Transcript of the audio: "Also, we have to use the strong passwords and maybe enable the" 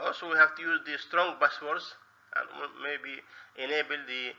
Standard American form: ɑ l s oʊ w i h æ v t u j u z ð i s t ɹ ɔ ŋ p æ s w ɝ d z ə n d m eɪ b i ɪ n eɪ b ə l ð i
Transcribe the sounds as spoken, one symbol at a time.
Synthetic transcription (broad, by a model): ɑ l s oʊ w i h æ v t u j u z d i s t ɹ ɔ ŋ b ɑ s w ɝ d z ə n m eɪ b i ɪ n eɪ b ə l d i